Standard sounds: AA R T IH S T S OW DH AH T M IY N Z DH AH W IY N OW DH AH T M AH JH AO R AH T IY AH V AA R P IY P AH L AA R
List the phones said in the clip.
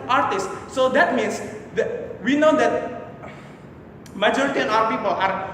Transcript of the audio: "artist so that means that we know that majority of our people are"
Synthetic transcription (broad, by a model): AA R T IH S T S OW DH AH T M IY N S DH W IY N OW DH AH T M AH JH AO R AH T IY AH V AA W P IY P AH L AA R